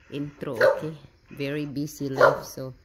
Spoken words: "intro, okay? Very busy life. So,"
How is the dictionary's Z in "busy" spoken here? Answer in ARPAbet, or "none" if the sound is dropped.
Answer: S